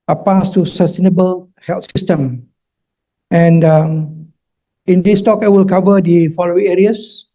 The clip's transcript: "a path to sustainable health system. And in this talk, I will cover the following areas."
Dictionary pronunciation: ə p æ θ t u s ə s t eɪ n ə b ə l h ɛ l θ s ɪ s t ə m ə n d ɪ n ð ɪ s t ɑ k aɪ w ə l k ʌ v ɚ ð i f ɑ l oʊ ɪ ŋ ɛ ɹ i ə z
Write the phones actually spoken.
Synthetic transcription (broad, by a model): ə p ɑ s t u s ə s t eɪ n ə b ə l h ɛ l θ s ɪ s t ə m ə n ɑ ɪ n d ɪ s t ɑ k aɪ w ə l k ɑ v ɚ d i f ɑ l oʊ ɪ ŋ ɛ ɹ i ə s